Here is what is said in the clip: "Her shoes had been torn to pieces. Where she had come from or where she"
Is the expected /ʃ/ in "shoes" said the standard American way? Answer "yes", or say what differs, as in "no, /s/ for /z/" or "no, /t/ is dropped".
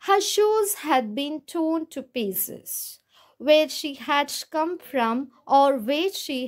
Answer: yes